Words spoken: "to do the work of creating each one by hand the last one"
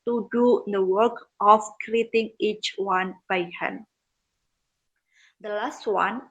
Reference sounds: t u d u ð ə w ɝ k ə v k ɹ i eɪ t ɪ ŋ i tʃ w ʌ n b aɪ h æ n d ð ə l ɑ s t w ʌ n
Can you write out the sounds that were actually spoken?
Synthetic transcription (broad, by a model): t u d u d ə w ɝ k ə f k ɹ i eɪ t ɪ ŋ i tʃ w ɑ n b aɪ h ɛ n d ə l ɑ s t w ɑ n